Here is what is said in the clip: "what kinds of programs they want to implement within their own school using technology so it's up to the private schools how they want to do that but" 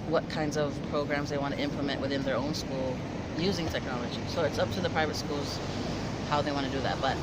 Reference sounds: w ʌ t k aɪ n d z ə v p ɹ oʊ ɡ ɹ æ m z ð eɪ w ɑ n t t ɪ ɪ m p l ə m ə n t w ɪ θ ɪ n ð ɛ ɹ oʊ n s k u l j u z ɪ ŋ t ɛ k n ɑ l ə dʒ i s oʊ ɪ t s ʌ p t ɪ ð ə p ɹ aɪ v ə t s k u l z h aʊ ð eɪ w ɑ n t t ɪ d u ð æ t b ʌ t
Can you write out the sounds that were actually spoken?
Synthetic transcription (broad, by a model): w ʌ t k aɪ n d z ə v p ɹ oʊ ɡ ɹ æ m z ð eɪ w ɑ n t t ɪ ɪ m p l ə m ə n t w ɪ θ ɪ n ð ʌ ɹ oʊ n s k u l j u z ɪ ŋ t ɛ k n ɑ l ə dʒ i s oʊ ɪ t s ʌ p t ɪ ð ə p ɹ aɪ v ə t s k u l z h aʊ ð eɪ w ɑ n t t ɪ d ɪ ð æ t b ʌ t